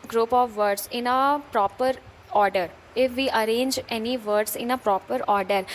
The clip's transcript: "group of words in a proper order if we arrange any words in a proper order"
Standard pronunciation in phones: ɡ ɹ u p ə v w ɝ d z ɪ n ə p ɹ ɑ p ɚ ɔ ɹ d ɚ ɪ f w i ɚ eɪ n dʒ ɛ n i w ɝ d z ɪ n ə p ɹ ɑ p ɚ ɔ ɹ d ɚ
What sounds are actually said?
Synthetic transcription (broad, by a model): ɡ ɹ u p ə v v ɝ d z ɪ n ə p ɹ ɑ p ɚ ɔ ɹ d ɚ ɪ f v i ɚ eɪ n dʒ ɛ n i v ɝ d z ɪ n ə p ɹ ɑ p ɚ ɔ ɹ d ɚ